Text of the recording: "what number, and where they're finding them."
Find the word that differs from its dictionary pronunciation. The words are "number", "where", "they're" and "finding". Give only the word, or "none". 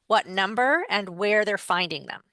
none